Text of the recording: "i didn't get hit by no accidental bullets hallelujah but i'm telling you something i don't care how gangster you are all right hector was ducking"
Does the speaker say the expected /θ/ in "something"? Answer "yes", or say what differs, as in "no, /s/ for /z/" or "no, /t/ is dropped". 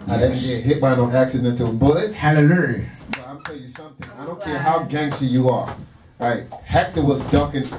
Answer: yes